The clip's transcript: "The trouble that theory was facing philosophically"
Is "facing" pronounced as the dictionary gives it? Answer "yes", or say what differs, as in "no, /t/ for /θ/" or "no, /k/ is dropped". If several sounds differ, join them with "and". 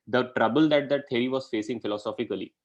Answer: yes